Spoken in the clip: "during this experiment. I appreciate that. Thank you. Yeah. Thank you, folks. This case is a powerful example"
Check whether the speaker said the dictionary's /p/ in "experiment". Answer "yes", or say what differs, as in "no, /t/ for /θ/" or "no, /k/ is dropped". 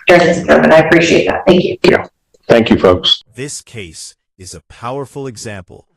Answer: no, /p/ is dropped